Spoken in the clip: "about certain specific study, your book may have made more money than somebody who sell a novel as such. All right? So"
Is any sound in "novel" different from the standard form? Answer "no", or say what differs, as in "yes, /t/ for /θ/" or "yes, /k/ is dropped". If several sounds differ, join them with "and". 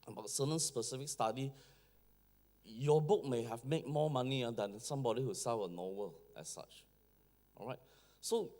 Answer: yes, /w/ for /v/